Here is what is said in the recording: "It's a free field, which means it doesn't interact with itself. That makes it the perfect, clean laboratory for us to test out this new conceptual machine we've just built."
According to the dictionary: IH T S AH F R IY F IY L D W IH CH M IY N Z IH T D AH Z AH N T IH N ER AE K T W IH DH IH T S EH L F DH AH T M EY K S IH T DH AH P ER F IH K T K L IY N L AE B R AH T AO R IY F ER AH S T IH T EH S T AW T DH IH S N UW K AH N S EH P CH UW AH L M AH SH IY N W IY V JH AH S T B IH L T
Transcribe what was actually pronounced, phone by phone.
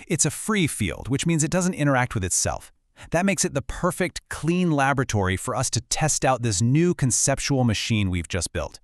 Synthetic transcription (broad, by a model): IH T S AH F R IY F IY L D W IH CH M IY N Z IH T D AH Z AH N T IH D ER AE K T W IH DH IH T S EH L F DH AH T M EY K S IH T DH AH P ER F IH K T K L IY N L AE B R AH T AO R IY F ER AH S T IH T EH S T AW T DH IH S N UW K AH N S EH P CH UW L M AH SH IY N W IY V JH AH S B IH L T